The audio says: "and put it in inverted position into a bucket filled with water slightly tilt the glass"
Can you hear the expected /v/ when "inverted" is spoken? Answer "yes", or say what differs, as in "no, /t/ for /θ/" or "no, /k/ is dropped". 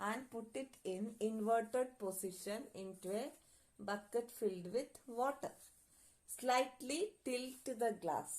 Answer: yes